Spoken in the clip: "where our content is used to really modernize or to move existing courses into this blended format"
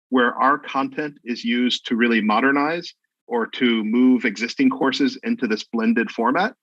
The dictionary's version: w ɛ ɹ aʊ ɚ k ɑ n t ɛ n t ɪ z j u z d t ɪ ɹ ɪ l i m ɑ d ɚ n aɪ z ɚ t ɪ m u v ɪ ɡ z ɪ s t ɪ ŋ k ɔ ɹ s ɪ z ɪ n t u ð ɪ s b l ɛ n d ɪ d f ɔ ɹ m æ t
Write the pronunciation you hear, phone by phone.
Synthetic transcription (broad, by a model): w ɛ ɹ aʊ ɚ k ɑ n t ɛ n t ɪ z j u z t ɪ ɹ ɪ l i m ɑ d ɚ n aɪ z ɚ t ɪ m u v ɪ ɡ z ɪ s t ɪ ŋ k ɔ ɹ s ɪ z ɪ n t u ð ɪ s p l ɛ n d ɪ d f ɔ ɹ m æ t